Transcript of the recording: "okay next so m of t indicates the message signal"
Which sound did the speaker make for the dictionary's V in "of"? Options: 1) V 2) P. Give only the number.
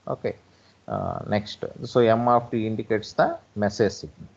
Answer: 2